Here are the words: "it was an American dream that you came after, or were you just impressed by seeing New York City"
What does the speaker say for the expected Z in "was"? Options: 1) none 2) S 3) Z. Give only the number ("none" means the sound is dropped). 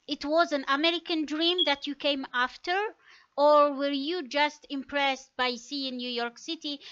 3